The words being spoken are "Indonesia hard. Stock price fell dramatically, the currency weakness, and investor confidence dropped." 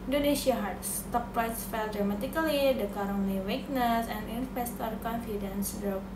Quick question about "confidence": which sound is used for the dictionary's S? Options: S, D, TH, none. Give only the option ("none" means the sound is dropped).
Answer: S